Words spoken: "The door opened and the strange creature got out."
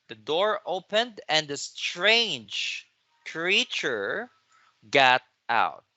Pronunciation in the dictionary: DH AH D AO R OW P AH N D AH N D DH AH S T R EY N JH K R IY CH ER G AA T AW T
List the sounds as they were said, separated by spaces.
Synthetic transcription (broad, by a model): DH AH D AO R OW P AH N D AH N D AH S T R EY N JH K R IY CH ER G AA T AW T